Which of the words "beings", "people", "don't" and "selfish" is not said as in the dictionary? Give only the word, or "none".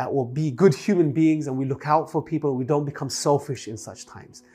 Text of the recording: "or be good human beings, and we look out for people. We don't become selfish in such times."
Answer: people